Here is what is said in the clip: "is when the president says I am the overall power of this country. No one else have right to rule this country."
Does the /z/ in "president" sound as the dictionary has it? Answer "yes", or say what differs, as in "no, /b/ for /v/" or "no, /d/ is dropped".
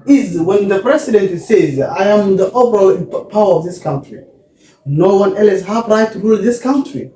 no, /s/ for /z/